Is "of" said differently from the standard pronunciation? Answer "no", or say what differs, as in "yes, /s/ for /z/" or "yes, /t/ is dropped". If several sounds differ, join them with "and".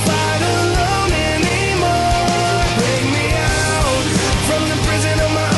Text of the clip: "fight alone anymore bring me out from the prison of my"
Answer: no